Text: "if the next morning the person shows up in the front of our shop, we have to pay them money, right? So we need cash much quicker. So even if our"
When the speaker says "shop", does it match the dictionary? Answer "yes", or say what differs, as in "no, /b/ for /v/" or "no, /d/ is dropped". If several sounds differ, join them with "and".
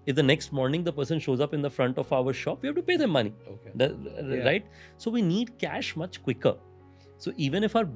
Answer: yes